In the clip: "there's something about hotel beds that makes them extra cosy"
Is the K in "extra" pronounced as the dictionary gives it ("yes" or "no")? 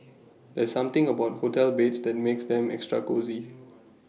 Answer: yes